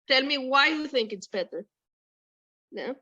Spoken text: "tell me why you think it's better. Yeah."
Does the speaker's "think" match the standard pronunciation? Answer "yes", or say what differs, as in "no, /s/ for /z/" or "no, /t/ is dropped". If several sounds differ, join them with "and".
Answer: yes